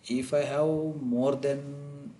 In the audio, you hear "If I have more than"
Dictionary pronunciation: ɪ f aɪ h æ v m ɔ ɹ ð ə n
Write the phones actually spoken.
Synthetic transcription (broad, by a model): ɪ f aɪ h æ w m ɔ ɹ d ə n